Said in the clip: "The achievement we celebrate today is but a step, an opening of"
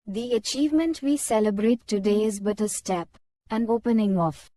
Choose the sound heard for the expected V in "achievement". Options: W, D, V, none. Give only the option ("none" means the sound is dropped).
V